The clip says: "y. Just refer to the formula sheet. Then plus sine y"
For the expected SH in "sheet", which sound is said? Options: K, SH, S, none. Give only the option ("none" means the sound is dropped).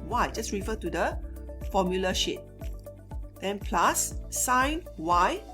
SH